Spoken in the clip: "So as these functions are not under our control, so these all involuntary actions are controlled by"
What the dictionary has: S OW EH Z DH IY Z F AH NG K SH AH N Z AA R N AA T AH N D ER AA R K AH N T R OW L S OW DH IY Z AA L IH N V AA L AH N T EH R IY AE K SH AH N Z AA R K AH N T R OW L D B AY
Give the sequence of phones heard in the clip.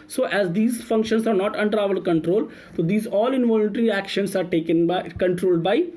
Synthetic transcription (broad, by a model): S OW EH Z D IY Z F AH NG K SH AH N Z AA R N AA T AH N D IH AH L K AH N T R OW L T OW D IY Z AA L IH N V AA L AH N T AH R IY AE K SH AH N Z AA R K AH N T R OW L D B AY